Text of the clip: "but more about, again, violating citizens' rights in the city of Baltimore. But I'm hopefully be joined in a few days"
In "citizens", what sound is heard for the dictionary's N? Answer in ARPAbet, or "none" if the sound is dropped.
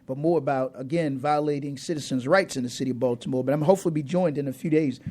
N